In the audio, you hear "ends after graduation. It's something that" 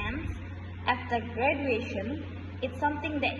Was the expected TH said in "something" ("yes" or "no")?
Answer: no